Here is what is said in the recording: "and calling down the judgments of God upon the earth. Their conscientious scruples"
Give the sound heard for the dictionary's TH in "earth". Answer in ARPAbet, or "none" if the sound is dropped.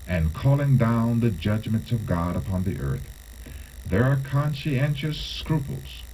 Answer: TH